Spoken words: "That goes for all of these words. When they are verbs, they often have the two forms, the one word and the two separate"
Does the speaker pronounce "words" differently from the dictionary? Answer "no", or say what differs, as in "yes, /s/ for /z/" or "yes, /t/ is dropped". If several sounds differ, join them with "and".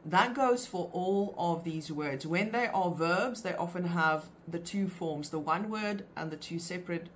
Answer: no